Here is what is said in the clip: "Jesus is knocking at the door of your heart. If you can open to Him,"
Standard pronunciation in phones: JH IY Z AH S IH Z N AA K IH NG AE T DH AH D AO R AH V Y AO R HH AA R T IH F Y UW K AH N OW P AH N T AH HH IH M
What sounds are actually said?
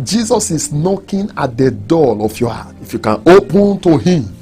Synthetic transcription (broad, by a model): JH IY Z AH S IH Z N AA K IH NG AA T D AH D AO L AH F Y AO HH AA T IH F Y UW K AH N OW P AH N T AH HH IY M